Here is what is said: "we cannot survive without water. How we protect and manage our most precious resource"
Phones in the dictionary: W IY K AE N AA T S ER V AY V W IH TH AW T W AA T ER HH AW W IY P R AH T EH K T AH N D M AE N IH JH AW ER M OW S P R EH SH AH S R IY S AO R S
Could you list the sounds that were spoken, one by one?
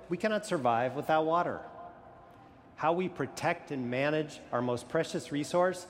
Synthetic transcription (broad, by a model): W IY K AE N AA T S ER V AY V W IH TH AW T W AA T ER HH AW W IY P R AH T EH K T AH N M AE N IH JH AW ER M OW S P R EH SH AH S R IY S AO R S